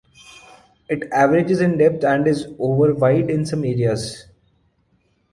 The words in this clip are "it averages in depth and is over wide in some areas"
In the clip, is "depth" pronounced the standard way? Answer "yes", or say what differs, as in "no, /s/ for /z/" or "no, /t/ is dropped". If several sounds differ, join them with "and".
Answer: no, /t/ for /θ/